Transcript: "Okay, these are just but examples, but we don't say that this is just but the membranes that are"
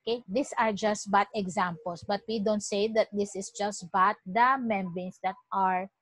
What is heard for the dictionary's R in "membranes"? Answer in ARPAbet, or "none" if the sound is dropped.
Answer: none